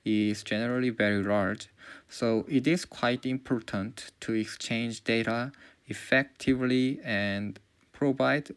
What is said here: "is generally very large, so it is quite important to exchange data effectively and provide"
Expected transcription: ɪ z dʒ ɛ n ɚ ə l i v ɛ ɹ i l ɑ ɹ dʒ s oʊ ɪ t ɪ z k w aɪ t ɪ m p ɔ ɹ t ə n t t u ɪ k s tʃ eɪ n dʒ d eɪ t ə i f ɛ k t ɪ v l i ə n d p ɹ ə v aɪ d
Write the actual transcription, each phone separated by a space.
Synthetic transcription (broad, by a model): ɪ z dʒ ɛ n ɚ ə l i v ɛ ɹ i l ɑ ɹ dʒ s oʊ ɪ t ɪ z k w aɪ t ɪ m p ɔ ɹ t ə n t t u ɪ k s tʃ eɪ n dʒ d eɪ t ə i f ɛ k t ɪ v l i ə n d p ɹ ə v aɪ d